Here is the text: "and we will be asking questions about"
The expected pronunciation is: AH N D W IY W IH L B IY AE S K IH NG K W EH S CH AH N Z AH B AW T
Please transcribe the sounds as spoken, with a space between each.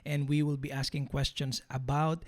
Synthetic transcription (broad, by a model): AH N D W IY W IH L B IY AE S K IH NG K W EH S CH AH N S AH B AW T